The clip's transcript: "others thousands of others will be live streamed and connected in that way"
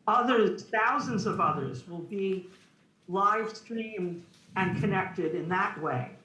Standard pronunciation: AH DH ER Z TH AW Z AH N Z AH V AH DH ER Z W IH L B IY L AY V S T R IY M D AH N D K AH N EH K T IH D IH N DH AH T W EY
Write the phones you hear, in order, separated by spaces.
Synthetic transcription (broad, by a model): AH DH ER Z TH AW Z AH N Z AH V AH DH ER Z W IH L B IY L AY V S T R IY M D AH N K AH N EH K T IH D IH N DH AH T W EY